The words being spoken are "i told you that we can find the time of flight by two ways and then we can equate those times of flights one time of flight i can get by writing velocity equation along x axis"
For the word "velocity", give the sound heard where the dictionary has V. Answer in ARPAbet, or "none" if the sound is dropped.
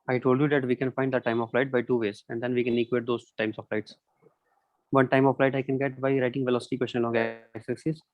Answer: V